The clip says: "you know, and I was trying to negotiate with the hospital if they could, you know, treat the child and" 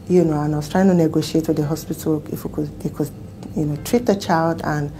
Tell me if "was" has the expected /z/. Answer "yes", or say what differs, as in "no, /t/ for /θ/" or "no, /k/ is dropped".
no, /s/ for /z/